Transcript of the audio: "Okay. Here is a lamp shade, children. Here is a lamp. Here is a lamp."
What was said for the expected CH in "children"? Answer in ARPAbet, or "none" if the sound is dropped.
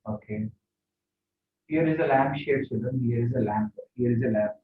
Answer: S